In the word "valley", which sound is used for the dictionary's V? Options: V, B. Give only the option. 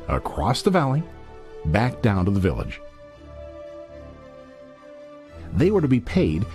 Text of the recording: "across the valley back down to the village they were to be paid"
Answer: V